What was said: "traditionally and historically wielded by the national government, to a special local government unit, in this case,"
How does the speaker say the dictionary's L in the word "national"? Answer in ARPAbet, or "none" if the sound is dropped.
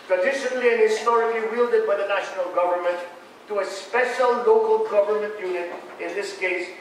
L